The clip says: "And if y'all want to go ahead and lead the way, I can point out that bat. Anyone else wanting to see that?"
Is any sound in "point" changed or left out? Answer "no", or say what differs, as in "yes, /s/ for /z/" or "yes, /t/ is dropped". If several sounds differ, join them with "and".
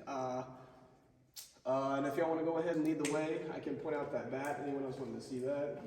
yes, /n/ is dropped